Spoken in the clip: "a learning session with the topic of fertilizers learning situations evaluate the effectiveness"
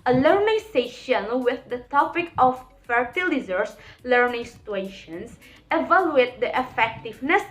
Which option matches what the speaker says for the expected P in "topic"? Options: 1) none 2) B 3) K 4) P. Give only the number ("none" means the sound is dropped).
4